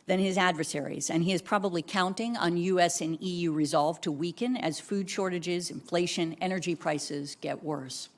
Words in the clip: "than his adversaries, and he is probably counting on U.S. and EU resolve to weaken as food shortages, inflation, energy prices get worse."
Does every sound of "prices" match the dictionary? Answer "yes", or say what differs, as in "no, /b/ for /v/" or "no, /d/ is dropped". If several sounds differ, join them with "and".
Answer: yes